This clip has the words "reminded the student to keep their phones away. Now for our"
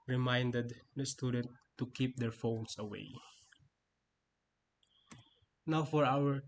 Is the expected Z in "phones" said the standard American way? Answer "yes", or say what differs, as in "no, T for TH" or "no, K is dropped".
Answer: no, S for Z